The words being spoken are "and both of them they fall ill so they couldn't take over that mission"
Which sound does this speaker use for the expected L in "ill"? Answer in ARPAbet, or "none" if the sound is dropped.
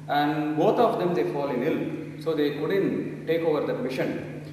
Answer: L